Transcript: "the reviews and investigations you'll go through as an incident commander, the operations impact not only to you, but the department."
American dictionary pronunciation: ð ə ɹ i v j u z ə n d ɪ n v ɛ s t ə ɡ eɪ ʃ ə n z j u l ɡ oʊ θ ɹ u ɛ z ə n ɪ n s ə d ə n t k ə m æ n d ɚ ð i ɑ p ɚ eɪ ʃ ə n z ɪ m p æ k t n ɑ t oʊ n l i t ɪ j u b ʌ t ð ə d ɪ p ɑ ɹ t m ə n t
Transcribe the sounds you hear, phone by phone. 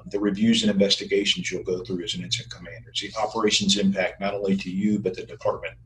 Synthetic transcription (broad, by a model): ð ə ɹ i v j u z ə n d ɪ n v ɛ s t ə ɡ eɪ ʃ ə n z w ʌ l ɡ oʊ θ ɹ u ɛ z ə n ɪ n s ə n k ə m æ n d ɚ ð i ɑ p ɚ eɪ ʃ ə n z ɪ m p æ k t n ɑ t oʊ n l i t ɪ j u b ʌ t ð ə d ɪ p ɑ ɹ t m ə n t